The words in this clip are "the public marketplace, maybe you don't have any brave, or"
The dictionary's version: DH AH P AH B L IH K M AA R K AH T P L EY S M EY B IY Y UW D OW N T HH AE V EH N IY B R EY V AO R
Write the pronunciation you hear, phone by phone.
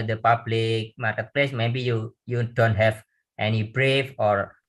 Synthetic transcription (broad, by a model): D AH P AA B L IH K M AA R K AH T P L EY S M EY B IY Y UW D OW N T HH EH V EH N IY B R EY F AO R